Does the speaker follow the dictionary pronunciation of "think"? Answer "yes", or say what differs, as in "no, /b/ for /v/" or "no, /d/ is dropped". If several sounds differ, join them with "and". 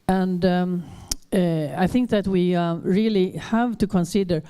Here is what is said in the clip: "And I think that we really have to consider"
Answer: yes